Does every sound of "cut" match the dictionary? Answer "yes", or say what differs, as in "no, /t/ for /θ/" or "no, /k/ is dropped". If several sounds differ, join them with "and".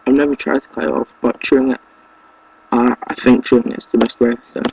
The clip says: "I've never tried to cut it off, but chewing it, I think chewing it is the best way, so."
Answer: no, /t/ is dropped